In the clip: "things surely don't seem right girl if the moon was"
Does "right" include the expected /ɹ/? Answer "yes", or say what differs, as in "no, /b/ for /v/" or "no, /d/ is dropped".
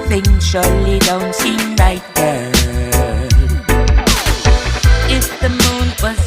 no, /l/ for /ɹ/